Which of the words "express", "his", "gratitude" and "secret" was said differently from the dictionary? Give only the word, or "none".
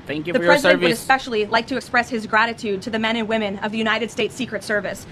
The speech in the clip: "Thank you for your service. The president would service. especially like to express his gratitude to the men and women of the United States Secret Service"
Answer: none